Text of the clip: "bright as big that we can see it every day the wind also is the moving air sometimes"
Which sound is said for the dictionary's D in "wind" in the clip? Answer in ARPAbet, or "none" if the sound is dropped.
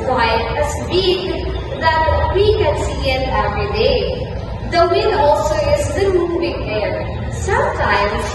none